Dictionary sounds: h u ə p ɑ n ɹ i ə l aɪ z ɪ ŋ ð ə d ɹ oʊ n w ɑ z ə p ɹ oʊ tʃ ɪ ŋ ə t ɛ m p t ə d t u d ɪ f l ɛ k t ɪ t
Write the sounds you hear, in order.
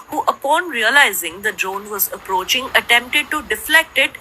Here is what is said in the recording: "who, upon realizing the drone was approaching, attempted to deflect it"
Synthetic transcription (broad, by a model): h u ə p ɑ n ɹ i ə l aɪ z ɪ ŋ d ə d ɹ oʊ n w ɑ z ə p ɹ oʊ tʃ ɪ ŋ ə t ɛ m p t ə d t u d ɪ f l ɛ k t ɪ t